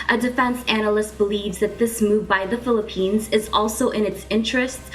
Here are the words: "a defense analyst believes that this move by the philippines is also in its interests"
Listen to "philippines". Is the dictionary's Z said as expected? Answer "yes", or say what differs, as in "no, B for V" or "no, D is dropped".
yes